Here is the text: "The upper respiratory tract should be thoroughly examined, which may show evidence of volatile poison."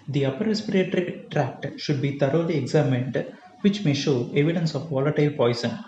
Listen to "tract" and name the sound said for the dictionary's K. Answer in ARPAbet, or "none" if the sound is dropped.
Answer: K